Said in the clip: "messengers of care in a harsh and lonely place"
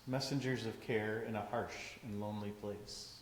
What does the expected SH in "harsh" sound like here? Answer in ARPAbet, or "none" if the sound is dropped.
SH